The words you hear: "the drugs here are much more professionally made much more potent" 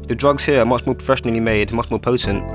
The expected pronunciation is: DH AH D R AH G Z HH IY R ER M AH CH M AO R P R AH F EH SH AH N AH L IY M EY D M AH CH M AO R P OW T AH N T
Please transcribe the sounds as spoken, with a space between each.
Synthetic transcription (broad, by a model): DH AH D R AH G Z HH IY R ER M AH CH M AO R P R AH F EH SH AH N AH L IY M EY D M AH CH M AO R P OW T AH N T